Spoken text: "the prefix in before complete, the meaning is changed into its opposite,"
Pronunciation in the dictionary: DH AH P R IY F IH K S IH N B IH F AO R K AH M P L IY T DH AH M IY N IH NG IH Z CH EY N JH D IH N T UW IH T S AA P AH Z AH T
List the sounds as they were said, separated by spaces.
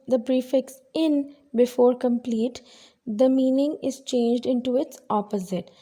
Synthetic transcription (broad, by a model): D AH B R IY F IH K S IH N B IH F AO R K AH M P L IY T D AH M IY N IH NG IH Z CH EY N JH D IH N T UW IH T S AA P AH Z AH T